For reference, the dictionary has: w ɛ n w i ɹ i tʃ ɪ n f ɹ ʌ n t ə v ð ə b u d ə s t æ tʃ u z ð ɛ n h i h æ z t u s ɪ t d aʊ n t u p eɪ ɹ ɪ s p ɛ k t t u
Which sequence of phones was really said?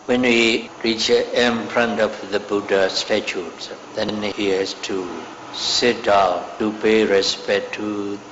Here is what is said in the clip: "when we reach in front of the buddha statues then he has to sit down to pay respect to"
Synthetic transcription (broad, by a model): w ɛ n w i ɹ i tʃ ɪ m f ɹ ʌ n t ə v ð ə b u d ə s t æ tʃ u s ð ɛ n h i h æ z t u s ɪ t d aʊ t u p eɪ ɹ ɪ s p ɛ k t t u